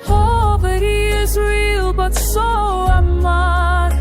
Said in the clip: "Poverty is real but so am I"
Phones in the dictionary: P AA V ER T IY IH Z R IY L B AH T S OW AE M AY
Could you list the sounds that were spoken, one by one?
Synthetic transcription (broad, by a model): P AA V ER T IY IH Z R IY L B AH T S OW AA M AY